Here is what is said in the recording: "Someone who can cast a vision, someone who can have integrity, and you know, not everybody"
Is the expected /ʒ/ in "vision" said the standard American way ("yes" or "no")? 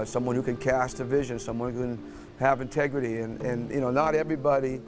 yes